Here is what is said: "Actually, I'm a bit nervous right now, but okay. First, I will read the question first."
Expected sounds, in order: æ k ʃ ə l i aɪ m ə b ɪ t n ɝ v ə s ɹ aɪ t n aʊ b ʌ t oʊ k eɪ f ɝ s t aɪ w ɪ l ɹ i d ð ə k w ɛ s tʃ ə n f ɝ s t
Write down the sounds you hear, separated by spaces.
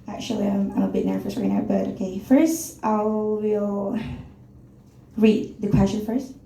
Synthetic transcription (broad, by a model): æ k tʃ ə l i aɪ m ə b ɪ t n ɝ f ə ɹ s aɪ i n aʊ b ʌ t oʊ k eɪ f ɝ s t aɪ w ɪ l ɹ i d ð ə k w ɛ s tʃ ə n f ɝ s t